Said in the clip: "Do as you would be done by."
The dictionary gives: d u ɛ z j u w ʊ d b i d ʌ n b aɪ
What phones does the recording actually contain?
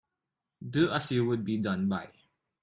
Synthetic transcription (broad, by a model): d u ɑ s j u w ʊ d b i d ʌ n b aɪ